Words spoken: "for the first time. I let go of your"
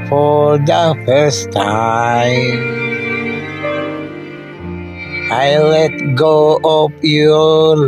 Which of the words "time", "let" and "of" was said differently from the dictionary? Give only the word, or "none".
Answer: of